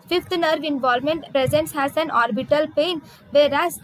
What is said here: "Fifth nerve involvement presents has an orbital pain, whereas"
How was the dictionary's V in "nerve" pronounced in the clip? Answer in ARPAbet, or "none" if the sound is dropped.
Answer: V